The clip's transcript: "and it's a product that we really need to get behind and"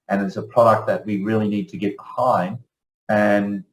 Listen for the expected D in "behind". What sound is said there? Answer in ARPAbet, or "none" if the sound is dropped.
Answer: none